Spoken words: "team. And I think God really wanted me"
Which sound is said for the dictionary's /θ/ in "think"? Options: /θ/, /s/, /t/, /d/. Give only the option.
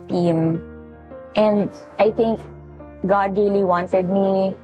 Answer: /t/